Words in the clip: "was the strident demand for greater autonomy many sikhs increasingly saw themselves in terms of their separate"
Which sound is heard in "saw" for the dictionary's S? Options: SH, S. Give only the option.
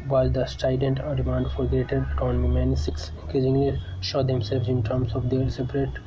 SH